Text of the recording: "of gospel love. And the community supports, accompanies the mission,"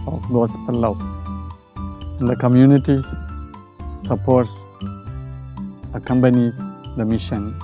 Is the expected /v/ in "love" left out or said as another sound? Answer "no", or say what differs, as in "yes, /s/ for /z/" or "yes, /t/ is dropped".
yes, /v/ is dropped